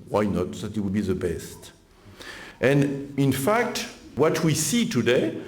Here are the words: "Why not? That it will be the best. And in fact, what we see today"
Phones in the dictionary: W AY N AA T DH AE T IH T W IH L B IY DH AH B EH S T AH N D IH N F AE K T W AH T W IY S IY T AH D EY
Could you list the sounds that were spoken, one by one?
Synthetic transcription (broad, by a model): W AY N AA T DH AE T IH T W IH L B IY DH AH B EH S T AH N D IH N F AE K T W AH T W IY S IY T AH D EY